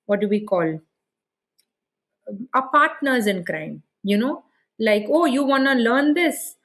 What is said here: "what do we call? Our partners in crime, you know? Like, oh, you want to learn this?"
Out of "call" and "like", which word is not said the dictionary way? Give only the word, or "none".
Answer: none